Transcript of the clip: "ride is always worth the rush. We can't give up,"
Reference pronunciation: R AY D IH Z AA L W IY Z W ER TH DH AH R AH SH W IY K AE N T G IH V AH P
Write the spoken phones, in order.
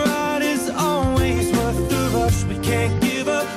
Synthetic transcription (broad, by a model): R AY D IH Z AA L W IY Z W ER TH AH AH S W IY K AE N G IH V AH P